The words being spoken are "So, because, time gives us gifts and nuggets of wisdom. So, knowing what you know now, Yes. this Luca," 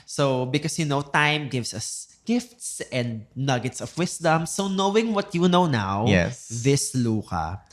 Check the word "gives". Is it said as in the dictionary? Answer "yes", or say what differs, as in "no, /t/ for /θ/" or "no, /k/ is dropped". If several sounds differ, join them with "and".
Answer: no, /s/ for /z/